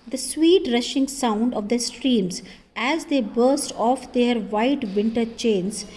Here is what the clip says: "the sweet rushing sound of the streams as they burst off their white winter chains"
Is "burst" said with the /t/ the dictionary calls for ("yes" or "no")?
yes